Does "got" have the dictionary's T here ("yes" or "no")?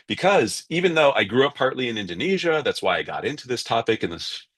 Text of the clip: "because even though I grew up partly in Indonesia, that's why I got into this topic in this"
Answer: yes